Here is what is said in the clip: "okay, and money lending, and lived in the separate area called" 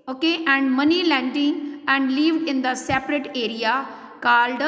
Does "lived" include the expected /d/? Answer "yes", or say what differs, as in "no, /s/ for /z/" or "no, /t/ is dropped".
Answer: no, /d/ is dropped